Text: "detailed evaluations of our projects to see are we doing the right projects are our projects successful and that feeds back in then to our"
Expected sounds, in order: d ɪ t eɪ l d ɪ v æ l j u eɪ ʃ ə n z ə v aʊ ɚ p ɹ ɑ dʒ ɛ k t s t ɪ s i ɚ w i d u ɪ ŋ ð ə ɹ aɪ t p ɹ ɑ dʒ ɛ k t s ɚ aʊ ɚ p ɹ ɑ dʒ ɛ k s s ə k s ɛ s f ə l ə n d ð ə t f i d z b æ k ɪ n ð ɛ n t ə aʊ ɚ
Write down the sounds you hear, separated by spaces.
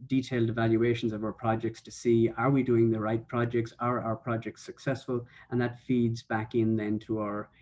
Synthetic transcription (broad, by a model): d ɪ t eɪ l d ɪ v æ l j u eɪ ʃ ə n z ə v aʊ ɚ p ɹ ɑ dʒ ɛ k t s t ɪ s i ɚ w i d u ɪ ŋ ð ə ɹ aɪ t p ɹ ɑ dʒ ɛ k t s ɚ aʊ ɚ p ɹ ɑ dʒ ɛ k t s ə k s ɛ s f ə l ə n ð ə t f i d z b æ k ɪ n ð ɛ n t ə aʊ ɚ